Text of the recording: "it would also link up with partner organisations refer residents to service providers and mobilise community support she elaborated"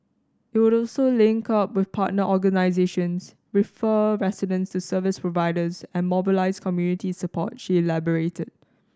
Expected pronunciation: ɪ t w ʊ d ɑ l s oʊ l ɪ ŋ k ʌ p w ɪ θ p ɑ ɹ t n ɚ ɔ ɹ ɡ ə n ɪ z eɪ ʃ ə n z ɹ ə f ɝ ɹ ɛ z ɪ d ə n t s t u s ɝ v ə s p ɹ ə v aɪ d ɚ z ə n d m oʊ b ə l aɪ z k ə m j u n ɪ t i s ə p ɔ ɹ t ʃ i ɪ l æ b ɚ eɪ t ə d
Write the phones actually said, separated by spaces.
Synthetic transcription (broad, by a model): ɪ t w ʊ d ɑ l s oʊ l ɪ ŋ k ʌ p w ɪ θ p ɑ t n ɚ ɔ ɡ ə n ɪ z eɪ ʃ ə n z ɹ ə f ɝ ɹ ɛ s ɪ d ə n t s t u s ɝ v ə s p ɹ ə v aɪ d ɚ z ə n m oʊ b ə l aɪ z k ə m j u n ɪ t i s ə p ɔ t ʃ i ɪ l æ b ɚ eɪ t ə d